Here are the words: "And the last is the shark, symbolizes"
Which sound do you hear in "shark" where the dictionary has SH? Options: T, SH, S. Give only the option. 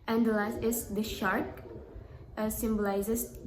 SH